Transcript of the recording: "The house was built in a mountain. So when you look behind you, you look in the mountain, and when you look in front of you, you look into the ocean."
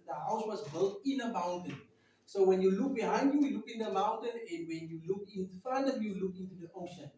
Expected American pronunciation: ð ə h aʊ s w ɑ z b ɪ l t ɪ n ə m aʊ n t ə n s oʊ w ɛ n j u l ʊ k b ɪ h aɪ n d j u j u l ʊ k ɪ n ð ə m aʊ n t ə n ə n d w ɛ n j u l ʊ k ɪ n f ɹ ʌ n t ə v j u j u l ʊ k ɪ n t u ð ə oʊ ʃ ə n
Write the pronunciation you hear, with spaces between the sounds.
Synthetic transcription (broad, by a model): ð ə h aʊ s w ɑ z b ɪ l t ɪ n ə m aʊ n t ə n s oʊ w ɛ n j u l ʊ k b ɪ h aɪ n d j u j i l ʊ k ɪ n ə m aʊ n t ə n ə n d w ɛ n j u l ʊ k ɪ n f ɑ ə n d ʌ j u l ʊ k ɪ n t u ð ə oʊ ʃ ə n